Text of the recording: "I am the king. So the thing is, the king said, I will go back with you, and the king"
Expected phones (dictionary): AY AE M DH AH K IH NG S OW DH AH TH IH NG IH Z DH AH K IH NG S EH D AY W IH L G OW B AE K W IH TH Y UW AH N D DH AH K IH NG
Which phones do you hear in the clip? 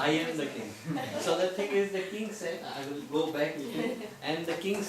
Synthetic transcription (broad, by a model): AY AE M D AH K IH NG S OW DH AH T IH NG IH Z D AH K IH NG S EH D AY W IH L G OW B AE K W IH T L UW AH N D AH K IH NG